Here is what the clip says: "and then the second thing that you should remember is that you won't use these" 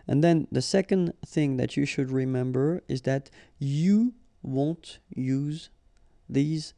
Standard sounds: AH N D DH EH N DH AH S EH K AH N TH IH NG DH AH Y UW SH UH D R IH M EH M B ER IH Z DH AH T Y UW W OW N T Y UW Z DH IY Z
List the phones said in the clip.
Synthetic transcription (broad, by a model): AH N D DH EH N DH AH S EH K AH N TH IH NG DH AH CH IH SH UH D R IH M EH M B ER IH Z DH AH T Y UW W OW N T Y UW Z DH IY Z